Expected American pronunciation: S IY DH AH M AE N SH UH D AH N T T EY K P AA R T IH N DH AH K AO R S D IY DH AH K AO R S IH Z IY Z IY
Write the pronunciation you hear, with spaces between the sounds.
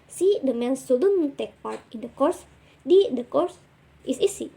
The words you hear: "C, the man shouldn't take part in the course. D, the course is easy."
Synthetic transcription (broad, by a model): S IY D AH M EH N S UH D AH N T T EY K P AA R T IH N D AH K AO R S D IY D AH K AO R S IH S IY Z IY